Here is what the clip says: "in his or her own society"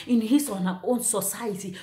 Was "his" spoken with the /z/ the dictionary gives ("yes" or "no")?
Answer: no